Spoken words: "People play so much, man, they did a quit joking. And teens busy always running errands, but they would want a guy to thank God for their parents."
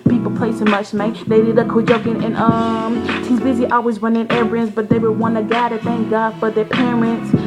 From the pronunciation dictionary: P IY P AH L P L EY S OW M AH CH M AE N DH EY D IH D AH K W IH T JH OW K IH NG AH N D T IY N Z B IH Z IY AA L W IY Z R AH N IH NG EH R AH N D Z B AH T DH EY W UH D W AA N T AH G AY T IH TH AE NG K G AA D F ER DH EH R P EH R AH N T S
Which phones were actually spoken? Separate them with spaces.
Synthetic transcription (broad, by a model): P IY P L P L EY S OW M AH CH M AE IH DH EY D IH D AH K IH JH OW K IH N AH N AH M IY Z B IH Z IY AA L W IY Z W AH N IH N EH R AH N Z B AH T DH EY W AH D W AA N AH G AY T IH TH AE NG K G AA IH F ER DH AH R P EH R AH N T S